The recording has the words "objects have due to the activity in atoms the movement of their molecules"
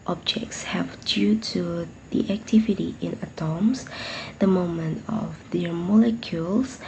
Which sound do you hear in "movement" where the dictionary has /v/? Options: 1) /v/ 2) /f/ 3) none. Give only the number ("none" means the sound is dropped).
3